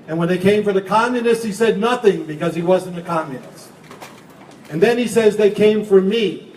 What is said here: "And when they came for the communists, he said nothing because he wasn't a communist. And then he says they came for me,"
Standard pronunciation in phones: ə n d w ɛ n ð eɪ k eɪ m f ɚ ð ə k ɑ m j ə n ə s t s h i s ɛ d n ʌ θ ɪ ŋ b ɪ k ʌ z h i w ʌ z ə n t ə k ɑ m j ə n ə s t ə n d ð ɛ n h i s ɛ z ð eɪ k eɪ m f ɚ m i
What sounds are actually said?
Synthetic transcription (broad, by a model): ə n w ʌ n ð eɪ k eɪ m f ɚ ð ə k ɑ m j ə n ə s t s h i s ɛ d n ʌ θ ɪ ŋ b ɪ k ʌ z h i w ʌ z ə n ə k ɑ m j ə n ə s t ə n ð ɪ n i s ɛ z ð eɪ k eɪ m f ɚ m i